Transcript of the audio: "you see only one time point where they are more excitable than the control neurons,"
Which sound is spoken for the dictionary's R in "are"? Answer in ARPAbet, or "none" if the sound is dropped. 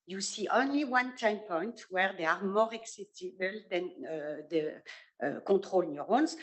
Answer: R